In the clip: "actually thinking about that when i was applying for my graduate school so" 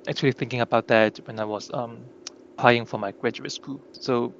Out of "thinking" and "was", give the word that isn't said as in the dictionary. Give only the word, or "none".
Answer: was